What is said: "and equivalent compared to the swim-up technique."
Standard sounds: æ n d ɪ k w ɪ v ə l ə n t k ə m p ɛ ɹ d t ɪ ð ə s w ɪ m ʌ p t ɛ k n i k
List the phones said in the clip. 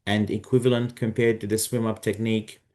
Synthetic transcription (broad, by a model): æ n d ɪ k w ɪ v ə l ə n t k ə m p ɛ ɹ d t ɪ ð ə s w ɪ m ʌ p t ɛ k n i k